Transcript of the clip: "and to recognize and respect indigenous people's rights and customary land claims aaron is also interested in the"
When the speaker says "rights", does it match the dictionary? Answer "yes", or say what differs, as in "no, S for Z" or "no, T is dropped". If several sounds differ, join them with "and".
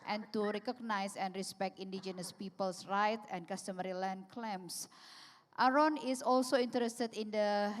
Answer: no, S is dropped